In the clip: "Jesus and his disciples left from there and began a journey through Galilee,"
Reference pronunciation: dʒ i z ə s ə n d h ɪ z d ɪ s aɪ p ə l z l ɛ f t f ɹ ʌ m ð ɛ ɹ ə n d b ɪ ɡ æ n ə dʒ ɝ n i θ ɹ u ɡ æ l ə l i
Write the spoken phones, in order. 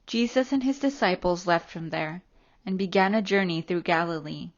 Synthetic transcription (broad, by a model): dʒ i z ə s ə n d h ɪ z d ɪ s aɪ p l z l ɛ f t f ɹ ʌ m ð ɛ ɹ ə n b ɪ ɡ æ n ə dʒ ɝ n i θ ɹ u ɡ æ l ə l i